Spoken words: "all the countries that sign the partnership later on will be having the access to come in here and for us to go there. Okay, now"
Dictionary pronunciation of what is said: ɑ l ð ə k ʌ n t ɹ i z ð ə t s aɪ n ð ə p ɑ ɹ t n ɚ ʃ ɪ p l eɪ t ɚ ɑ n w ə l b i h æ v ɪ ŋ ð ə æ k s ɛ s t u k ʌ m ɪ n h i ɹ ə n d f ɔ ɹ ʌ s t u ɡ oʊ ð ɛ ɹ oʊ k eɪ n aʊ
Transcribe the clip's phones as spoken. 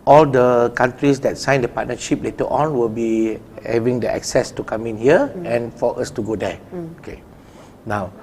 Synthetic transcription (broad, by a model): ɑ l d ə k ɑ n t ɹ i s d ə t s aɪ n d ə p ɑ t n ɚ ʃ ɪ p l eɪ t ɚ ɑ n w ə l b i h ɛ v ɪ ŋ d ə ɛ k s ɛ s t u k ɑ m ɪ n h i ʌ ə n f ɔ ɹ ʌ s t u ɡ oʊ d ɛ oʊ k eɪ n aʊ